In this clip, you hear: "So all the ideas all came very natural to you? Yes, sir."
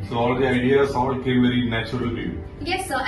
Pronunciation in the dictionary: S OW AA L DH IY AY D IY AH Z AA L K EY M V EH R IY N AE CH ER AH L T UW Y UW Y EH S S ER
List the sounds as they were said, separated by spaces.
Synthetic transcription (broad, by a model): S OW AA L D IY AY D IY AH S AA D K EY M V EH R IY N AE CH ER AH L T UW Y UW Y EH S S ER